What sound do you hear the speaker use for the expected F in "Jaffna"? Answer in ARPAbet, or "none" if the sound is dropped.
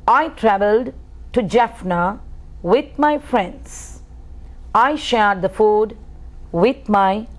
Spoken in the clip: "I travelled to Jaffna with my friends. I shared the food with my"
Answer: F